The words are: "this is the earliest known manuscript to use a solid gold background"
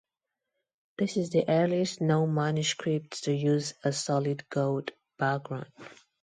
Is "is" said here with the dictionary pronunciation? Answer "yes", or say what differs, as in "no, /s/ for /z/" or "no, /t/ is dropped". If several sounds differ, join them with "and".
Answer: yes